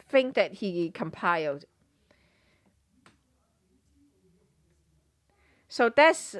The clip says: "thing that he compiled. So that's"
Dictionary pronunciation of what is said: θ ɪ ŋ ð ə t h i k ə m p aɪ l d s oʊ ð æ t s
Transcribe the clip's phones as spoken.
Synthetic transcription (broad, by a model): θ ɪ ŋ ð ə t h i k ə m p aɪ l d s oʊ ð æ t s